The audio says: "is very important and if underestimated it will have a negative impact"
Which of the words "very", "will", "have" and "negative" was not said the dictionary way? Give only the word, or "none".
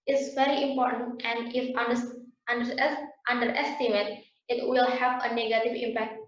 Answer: none